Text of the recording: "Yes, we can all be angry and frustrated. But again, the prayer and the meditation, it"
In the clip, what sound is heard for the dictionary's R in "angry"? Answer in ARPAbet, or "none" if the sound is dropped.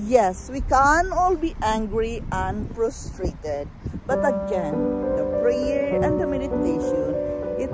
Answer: R